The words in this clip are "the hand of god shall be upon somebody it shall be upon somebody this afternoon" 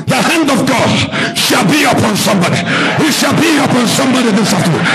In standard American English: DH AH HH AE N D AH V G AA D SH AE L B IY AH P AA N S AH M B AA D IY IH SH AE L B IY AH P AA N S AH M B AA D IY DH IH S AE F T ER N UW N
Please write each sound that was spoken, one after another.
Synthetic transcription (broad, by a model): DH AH HH AE N D AH V G AA D SH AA L B IY AH P AA N S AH M B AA D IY IH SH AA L B IY AH P AA N S AH M B AA D IY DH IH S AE F T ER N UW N